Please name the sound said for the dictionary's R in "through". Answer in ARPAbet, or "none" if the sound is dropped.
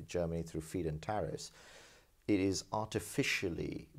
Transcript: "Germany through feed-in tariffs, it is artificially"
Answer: R